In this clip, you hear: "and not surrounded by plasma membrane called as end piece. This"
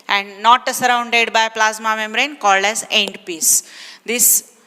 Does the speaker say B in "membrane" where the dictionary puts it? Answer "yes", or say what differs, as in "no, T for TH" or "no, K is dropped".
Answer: no, B is dropped